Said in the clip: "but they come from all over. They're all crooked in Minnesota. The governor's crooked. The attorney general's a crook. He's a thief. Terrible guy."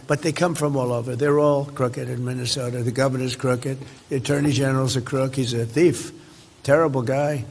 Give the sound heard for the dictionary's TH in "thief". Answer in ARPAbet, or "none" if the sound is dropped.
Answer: TH